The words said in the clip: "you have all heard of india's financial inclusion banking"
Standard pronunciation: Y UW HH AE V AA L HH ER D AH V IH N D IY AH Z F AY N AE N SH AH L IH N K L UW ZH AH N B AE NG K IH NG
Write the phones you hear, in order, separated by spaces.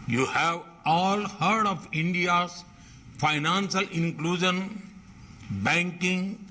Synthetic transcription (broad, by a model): Y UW HH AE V AA L HH ER D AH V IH N D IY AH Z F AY N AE N S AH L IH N K L UW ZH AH N B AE NG K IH NG